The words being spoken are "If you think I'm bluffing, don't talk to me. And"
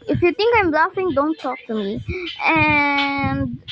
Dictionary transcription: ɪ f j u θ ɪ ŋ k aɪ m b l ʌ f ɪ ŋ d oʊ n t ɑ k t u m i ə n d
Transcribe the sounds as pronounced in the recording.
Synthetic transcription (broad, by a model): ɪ f j u t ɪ ŋ k aɪ m l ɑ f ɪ ŋ d oʊ n t ɑ k t u m i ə n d